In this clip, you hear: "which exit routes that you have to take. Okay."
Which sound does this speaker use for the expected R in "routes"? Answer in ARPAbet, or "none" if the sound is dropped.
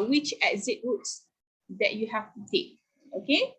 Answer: W